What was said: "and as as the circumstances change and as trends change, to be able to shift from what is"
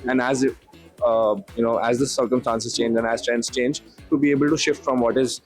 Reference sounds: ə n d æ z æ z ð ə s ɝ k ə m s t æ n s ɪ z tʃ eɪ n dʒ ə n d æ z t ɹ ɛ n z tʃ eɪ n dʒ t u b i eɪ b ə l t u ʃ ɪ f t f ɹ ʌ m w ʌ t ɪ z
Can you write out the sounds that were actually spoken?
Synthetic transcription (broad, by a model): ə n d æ z æ z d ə s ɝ k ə m s t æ n s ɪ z tʃ eɪ n dʒ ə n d æ z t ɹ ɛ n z tʃ eɪ n dʒ t u b i eɪ b ə l t u ʃ ɪ f t f ɹ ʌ m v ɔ t ɪ z